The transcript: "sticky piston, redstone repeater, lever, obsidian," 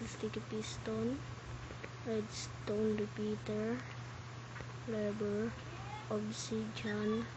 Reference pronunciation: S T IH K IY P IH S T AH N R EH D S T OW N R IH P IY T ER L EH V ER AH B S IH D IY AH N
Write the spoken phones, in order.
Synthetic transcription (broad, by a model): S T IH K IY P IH S T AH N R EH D S T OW N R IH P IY T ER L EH B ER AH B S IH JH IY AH N